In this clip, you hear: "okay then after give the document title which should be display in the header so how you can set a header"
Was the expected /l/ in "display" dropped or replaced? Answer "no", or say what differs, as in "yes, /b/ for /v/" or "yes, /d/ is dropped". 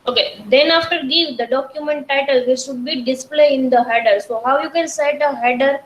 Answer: no